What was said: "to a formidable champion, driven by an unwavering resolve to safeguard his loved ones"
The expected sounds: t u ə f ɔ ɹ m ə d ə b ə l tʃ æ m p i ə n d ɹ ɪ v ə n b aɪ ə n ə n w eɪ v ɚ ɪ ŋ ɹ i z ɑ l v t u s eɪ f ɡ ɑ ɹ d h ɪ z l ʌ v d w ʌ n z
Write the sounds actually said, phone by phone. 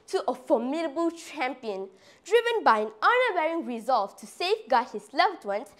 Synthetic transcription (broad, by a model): t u ə f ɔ m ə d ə b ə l tʃ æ m p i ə n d ɹ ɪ v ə n b aɪ ə n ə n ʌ w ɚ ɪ ŋ ɹ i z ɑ l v t u s eɪ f ɡ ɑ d h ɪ s l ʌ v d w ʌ n